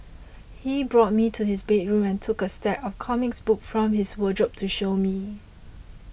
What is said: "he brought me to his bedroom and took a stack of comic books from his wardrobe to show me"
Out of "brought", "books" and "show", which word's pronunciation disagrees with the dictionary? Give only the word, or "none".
books